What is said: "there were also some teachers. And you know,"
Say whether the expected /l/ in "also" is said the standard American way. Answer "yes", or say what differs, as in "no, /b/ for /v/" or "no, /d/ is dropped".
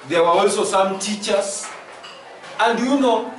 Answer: yes